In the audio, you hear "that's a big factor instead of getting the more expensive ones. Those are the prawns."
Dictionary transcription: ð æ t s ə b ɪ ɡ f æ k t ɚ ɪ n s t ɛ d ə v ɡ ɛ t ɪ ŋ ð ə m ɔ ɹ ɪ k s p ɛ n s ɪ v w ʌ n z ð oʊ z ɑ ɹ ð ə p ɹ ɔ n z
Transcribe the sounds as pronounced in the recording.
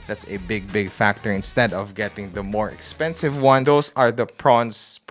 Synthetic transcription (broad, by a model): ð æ t s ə b ɪ ɡ f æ k t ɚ ɪ n s t ɛ d ə v ɡ ɛ t ɪ ŋ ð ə m ɔ ɹ ɪ k s p ɛ n s ɪ v w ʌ n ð oʊ s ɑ ɹ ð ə p ɹ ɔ n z